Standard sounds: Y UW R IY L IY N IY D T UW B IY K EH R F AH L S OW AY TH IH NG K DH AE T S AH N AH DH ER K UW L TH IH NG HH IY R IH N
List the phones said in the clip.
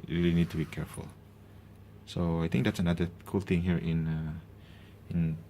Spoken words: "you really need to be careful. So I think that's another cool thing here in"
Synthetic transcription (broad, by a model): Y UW R IY L IY N IY D T UW B IY K EH R F AH L S OW AY T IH NG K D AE T S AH N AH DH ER K UW L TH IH NG HH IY R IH N